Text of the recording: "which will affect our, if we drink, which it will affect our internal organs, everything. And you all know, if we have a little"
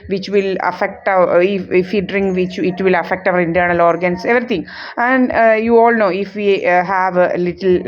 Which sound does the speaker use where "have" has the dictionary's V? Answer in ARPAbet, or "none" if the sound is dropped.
V